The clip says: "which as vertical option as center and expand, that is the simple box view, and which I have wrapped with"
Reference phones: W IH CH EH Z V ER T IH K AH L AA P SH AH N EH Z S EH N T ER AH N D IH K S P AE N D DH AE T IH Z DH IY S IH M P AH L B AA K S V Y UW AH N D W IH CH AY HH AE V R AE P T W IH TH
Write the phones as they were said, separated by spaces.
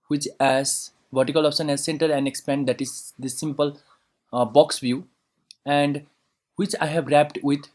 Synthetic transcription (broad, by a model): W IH CH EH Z V ER T IH K AH L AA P S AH N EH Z S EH N T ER AH N D IH K S P AE N D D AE T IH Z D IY S IH M P AH L B AA K S V Y UW AH N D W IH CH AY HH AE V R AE P T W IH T